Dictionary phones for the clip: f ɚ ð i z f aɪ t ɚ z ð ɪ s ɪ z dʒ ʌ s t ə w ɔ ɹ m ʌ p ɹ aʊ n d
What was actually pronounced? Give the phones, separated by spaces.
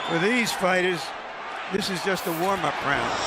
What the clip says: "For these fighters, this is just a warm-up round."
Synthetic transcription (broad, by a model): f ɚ ð i z f aɪ t ɚ z ð ɪ s ɪ z dʒ ʌ s t ə w ɔ ɹ m ʌ p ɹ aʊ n